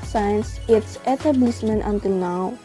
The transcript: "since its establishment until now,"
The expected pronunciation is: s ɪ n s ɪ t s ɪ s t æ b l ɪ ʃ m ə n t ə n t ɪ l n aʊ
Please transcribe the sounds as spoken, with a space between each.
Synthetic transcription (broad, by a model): s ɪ n s ɪ t s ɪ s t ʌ b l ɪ s m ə n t ə n t ɪ l n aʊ